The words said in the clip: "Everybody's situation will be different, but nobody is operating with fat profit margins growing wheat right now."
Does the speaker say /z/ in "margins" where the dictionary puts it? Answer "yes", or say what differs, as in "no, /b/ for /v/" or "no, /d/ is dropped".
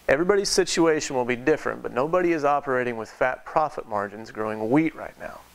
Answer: yes